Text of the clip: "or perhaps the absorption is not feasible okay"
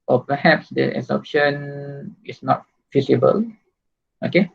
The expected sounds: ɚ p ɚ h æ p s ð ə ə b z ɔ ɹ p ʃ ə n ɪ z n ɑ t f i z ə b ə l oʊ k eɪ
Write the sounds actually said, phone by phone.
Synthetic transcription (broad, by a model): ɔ p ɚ h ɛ p s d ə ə z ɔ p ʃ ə n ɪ s n ɑ t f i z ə b ə l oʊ k eɪ